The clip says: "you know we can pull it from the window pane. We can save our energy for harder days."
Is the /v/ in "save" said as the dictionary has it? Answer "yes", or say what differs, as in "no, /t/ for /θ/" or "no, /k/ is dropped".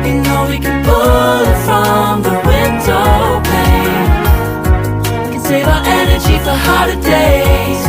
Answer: yes